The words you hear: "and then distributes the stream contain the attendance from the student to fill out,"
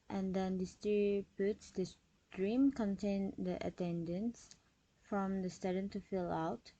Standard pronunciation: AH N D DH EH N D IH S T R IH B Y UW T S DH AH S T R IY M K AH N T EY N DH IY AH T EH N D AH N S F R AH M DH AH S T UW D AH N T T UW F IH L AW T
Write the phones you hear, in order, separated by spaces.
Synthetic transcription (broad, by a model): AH N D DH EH N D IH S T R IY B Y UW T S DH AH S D R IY M K AH N T EY N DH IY AH T EH N D AH N S F R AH M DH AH S T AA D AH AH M T UW F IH L AW T